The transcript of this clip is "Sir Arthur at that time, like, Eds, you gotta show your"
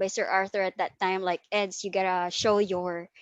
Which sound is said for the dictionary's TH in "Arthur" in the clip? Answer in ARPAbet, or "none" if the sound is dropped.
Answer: TH